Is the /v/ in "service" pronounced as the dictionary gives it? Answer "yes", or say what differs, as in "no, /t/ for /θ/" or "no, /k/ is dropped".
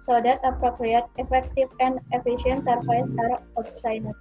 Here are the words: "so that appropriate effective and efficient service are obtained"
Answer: no, /f/ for /v/